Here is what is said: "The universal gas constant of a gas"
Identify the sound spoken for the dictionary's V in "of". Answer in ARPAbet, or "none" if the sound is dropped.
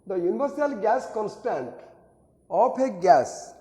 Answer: P